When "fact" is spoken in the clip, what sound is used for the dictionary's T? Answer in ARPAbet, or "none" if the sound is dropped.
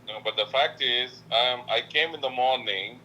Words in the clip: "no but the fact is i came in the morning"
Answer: T